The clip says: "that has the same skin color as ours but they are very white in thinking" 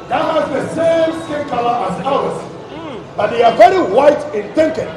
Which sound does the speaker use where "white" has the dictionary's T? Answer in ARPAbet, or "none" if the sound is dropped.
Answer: T